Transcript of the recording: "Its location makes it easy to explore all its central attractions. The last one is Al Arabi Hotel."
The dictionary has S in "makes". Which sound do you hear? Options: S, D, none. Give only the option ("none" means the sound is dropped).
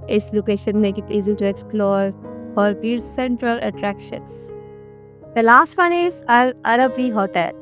none